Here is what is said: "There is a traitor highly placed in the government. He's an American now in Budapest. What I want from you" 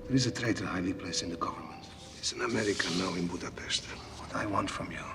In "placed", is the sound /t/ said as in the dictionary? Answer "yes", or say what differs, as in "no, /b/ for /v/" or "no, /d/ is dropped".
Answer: no, /t/ is dropped